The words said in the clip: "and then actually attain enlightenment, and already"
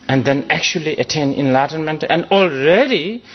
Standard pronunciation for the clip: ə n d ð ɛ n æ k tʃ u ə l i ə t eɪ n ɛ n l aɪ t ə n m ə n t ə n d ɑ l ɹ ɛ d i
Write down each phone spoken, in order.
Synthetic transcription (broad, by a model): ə n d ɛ n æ k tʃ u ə l i ə t eɪ n ɛ n l aɪ t ə n m ə n t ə n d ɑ l ɹ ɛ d i